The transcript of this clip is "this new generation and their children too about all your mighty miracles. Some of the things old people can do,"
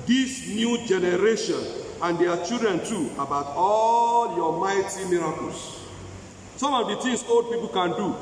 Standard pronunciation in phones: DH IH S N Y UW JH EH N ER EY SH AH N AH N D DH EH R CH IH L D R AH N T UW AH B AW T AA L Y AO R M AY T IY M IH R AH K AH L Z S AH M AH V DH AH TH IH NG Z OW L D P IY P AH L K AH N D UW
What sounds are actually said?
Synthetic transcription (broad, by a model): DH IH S N Y UW JH EH N ER EY SH AH N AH N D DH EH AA CH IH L D R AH N T UW AH B AW T AA L Y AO M AY T IY M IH R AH K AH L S S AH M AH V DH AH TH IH NG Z OW L D P IY P AH L K AH N D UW